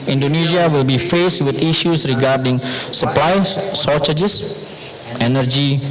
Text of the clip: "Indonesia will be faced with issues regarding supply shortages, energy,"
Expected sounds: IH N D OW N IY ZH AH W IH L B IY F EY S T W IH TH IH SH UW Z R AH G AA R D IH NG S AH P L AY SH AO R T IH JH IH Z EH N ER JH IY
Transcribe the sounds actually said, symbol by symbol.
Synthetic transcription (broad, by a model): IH N D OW N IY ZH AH W IH L B IY F EY S T W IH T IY SH UW S R AH G AA R D IH NG S AH P L AY S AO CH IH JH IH S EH N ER JH IY